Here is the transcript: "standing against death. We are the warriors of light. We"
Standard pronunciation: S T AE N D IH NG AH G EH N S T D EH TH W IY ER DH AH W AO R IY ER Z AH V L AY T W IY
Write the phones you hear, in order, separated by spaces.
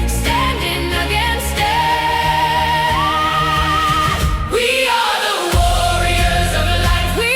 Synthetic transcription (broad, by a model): S T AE N D IH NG AH G EH N S T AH W IY ER DH AH W AO R IY ER Z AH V L AY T W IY